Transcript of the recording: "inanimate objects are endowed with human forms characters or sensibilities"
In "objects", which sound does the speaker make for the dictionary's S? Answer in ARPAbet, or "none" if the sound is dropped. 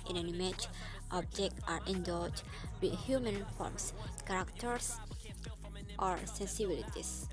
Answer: none